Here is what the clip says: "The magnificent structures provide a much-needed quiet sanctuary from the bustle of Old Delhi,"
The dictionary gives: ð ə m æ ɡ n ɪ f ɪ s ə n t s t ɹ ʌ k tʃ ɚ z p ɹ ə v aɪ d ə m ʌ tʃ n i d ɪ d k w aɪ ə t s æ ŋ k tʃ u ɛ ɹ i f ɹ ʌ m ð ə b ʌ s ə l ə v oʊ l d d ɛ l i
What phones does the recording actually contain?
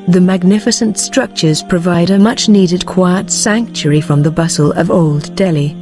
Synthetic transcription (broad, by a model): ð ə m æ ɡ n ɪ f ɪ s ə n t s t ɹ ʌ k tʃ ɚ z p ɹ ə v aɪ d ə m ʌ tʃ n i d ɪ d k w aɪ ə t s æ ŋ k tʃ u ɹ i f ɹ ʌ m ð ə b ʌ s ə l ə v oʊ l d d ɛ l i